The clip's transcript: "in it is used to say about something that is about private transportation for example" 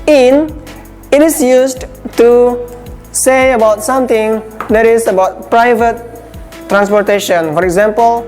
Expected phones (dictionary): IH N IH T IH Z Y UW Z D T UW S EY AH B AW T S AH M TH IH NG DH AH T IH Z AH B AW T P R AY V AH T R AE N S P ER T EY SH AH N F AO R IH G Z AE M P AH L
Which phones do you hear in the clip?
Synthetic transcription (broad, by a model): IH N IH T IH S Y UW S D T UW S EY AH B AW T S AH M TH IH NG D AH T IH S AH B AW T P R AY V AH T R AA N S P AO T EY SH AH N F AO R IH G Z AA M P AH L